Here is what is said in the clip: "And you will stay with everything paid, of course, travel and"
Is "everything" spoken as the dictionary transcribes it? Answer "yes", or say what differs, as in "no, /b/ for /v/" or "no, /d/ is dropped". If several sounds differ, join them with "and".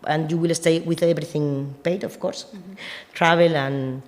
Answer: no, /b/ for /v/